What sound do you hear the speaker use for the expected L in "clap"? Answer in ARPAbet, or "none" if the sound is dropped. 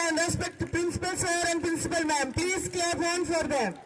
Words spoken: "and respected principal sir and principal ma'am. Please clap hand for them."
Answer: none